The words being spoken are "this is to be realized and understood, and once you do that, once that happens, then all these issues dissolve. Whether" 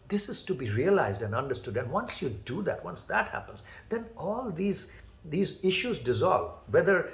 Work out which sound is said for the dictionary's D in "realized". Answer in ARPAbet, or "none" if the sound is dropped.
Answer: D